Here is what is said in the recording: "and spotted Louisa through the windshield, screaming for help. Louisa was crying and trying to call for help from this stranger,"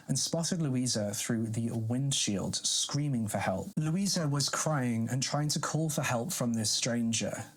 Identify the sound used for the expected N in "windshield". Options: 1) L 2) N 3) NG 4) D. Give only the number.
2